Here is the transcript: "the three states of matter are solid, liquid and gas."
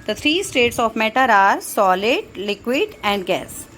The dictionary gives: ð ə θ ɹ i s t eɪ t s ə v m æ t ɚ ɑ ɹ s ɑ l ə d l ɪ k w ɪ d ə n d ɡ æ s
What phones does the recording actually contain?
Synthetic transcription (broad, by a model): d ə t ɹ i s t eɪ t s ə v m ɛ t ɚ ɑ ɹ s ɑ l ə d l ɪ k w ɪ d ə n d ɡ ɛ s